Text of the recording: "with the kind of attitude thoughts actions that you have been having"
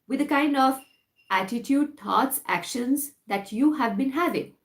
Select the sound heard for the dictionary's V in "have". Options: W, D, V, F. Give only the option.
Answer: V